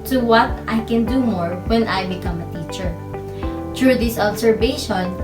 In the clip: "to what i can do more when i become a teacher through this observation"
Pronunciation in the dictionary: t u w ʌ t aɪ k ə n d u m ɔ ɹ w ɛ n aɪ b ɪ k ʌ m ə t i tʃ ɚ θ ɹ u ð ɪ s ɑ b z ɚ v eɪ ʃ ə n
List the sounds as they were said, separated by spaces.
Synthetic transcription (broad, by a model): t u w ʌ t aɪ k ə n d u m ɔ ɹ w ɛ n aɪ b ɪ k ʌ m ə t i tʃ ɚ t ɹ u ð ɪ s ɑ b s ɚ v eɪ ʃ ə n